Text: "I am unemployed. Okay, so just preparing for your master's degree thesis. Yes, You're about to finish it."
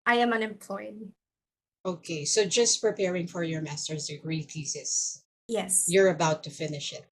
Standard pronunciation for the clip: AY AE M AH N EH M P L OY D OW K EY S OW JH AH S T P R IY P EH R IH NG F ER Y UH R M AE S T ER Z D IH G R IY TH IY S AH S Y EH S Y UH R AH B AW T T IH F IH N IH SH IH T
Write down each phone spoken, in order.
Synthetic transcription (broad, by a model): AY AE M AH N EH M P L OY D OW K EY S OW JH AH S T P R IY P EH R IH NG F ER Y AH R M AE S T ER Z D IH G R IY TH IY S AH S Y EH S Y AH R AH B AW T T IH F IH N IH SH IH T